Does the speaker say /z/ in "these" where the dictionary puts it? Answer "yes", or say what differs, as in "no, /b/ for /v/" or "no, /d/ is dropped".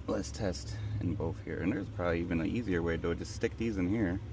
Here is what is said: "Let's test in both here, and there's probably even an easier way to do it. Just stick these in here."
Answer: yes